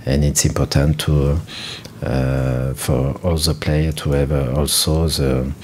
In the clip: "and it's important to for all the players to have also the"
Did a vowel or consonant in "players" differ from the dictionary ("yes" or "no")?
yes